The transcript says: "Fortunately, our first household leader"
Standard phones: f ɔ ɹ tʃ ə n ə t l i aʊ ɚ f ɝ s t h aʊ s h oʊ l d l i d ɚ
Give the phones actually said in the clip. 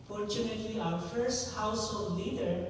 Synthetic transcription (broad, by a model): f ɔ ɹ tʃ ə n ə t l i aʊ ɚ f ɝ s t h aʊ s h oʊ l d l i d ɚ